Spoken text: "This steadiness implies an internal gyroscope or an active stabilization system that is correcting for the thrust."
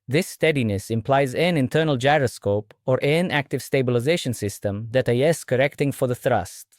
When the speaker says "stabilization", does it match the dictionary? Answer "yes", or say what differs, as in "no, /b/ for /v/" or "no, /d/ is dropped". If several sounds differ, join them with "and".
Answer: yes